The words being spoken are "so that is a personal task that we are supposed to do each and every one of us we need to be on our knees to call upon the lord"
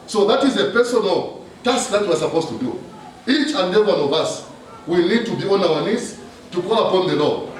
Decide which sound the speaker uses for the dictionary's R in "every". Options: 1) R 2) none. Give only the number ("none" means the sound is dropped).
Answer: 2